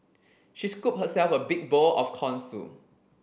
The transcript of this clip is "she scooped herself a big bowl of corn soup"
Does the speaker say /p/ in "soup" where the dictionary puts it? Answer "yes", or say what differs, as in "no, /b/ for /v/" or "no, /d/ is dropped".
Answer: no, /p/ is dropped